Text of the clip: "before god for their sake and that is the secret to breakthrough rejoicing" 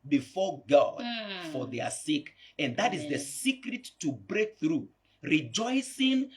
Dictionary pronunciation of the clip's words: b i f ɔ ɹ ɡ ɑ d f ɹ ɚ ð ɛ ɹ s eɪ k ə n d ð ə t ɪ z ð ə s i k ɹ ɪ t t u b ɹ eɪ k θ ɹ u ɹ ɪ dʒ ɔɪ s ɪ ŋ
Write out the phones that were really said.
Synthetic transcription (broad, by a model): b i f ɔ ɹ ɡ ɑ d f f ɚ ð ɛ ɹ s eɪ k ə n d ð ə t ɪ z ð ə s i k ɹ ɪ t t u b ɹ eɪ k θ ɹ u ɹ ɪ dʒ ɔɪ s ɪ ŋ